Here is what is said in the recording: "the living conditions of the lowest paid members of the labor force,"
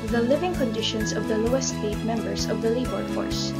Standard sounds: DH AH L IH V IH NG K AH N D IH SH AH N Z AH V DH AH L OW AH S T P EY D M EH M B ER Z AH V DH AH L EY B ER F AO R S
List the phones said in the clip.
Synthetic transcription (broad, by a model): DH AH L IH V IH NG K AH N D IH SH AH N S AH V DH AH L OW AH S T F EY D M EH M B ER S AH V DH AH L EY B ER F AO R S